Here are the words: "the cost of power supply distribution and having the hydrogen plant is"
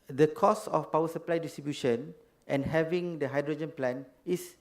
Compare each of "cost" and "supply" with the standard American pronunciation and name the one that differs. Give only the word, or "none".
cost